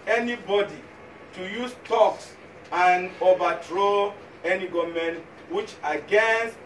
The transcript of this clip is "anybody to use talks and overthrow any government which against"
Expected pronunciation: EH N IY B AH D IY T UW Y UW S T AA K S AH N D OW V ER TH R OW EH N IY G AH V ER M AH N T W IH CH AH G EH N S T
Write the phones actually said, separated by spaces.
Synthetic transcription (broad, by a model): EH N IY B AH D IY T UW Y UW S T AA K S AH N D OW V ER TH R OW EH N IY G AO M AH N W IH CH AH G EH N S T